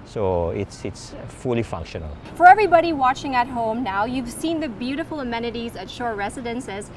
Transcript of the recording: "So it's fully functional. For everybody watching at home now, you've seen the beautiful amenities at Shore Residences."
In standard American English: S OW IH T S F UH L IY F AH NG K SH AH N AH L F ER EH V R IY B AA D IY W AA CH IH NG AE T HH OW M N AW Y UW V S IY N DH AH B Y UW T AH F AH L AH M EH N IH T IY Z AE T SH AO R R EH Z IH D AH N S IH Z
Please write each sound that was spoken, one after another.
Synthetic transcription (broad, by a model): S OW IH T S F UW L IY F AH NG K SH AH N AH L F ER EH V R IY B AA D IY W AA CH IH NG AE T HH OW M N AW Y UW V S IY N DH AH B Y UW T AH F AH L AH M EH N IH T IY Z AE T SH AO R R EH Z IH D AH N S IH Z